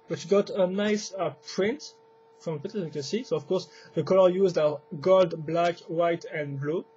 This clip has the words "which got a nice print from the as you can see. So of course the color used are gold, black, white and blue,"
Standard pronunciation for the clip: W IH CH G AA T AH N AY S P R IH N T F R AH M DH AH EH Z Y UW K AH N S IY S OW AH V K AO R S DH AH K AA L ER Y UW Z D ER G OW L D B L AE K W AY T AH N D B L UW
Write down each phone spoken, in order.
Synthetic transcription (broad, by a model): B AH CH G AA T AH N AY S P R IH N T F R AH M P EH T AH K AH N S IY S OW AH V K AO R S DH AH K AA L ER Y UW Z D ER G OW L D B L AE K W AY T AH N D B L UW